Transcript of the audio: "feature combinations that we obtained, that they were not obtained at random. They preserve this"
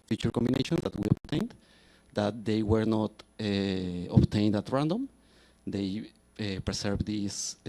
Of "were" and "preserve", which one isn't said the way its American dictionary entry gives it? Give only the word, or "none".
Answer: preserve